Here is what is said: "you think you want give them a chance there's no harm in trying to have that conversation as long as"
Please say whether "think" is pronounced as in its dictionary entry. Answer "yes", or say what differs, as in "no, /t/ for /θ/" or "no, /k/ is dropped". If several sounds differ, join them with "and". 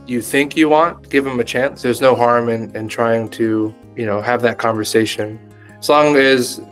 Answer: yes